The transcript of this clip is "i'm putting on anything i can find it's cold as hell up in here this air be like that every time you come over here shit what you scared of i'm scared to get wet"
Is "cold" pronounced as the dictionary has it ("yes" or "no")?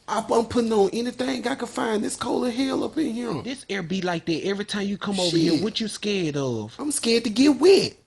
no